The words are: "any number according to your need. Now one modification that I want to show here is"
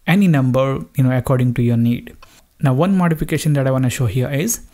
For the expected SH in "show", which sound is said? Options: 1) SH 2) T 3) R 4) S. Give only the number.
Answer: 1